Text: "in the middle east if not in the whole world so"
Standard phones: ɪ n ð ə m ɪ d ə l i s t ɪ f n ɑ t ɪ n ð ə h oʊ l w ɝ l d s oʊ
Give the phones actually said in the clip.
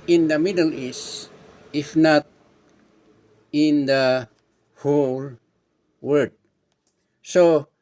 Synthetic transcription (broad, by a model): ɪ n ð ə m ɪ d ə l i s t ɪ f n ɑ t ɪ n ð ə h oʊ l w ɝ d s oʊ